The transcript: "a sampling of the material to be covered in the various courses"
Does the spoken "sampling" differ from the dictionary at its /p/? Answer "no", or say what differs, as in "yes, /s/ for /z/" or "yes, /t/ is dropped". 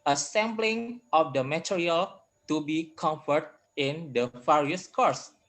yes, /b/ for /p/